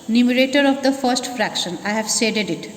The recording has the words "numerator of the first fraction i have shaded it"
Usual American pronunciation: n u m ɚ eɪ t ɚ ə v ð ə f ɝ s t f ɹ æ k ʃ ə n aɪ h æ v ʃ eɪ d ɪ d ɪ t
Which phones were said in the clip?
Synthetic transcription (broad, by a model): n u m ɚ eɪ t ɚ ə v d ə f ɝ s t f ɹ æ k ʃ ə n aɪ h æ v s eɪ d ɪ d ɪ t